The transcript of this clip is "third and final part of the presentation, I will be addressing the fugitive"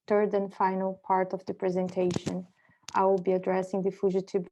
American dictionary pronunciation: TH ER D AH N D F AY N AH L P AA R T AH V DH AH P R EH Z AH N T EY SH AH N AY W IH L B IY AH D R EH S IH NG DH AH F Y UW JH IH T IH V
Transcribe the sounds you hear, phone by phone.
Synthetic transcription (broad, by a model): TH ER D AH N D F AY N AH L P AA R T AH V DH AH P R EH Z AH N T EY SH AH N AY W IH L B IY AH D R EH S IH NG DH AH F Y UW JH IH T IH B